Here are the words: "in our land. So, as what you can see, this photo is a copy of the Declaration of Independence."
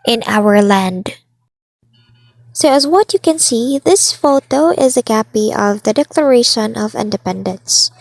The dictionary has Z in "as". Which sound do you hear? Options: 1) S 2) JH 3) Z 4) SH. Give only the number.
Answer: 3